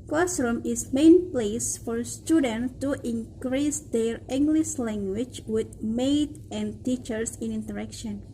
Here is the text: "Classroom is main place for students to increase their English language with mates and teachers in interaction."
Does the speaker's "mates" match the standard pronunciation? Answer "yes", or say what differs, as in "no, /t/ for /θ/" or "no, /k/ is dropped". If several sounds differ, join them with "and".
no, /s/ is dropped